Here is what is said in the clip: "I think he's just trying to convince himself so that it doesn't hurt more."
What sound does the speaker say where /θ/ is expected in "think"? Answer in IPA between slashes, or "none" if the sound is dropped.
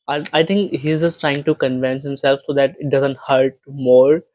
/t/